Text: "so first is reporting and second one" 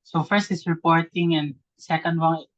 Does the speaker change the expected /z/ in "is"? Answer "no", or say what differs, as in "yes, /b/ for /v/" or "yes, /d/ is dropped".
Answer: yes, /s/ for /z/